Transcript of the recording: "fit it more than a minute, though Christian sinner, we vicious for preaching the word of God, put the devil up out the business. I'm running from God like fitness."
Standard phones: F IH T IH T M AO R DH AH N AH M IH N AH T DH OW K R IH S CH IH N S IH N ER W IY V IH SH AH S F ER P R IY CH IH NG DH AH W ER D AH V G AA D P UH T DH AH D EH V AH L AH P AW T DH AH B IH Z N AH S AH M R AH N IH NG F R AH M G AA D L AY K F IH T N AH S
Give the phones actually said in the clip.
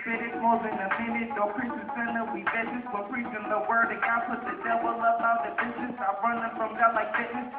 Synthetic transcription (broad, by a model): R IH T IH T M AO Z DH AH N AH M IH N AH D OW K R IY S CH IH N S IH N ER W IY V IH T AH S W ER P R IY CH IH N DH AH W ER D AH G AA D P UH T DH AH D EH W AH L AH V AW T DH AH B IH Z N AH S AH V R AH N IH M F R AH M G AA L AY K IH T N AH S